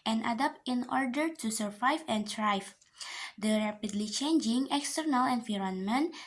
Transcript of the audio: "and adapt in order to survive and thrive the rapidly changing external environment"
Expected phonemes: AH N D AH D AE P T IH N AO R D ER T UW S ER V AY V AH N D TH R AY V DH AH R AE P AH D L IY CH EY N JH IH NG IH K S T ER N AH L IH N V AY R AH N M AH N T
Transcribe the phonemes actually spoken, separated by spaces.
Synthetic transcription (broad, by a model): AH N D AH D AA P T IH N AO R D ER T UW S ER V AY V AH N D R AY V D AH R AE P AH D L IY CH EY N JH IH NG IH K S T ER N AH L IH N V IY R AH N M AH N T